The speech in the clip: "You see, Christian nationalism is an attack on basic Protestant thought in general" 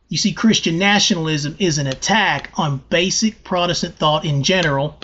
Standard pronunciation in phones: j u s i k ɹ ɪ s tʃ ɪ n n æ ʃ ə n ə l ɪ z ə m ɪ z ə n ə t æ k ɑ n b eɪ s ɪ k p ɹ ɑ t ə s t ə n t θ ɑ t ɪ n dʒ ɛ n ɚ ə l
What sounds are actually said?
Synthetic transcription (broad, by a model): j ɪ s i k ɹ ɪ s tʃ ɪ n n æ ʃ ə n l ɪ z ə m ɪ z ə n ə t æ k n b eɪ s ɪ k p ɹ ɑ t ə s t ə n θ ɑ t ɪ n dʒ ɛ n ɚ l